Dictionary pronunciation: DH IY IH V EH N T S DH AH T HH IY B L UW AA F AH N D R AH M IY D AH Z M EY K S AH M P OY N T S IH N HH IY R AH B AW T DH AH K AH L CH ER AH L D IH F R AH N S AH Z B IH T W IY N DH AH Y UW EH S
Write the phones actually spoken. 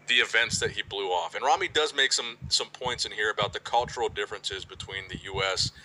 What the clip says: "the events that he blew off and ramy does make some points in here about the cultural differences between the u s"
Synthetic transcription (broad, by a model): DH IY IH V EH N T S DH AH T HH IY B L UW AA F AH N R AH M IY D AH Z M EY K S AH M P OY N T S IH N HH IY R AH B AW T DH AH K AH L CH ER L D IH F R AH N S AH Z B IH T W IY N DH AH Y UW EH S